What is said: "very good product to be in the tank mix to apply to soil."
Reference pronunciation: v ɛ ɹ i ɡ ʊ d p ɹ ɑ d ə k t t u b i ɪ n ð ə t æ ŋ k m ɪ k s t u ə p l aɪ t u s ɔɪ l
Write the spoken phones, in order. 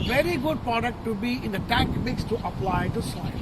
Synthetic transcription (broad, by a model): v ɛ ɹ i ɡ ʊ d p ɹ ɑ d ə k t t u b i ɪ n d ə t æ k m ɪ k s t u ə p l aɪ t u s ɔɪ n